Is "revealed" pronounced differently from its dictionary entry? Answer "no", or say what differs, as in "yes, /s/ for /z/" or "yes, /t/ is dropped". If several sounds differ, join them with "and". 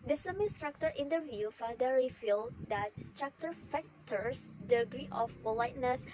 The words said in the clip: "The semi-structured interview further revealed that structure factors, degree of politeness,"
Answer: yes, /f/ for /v/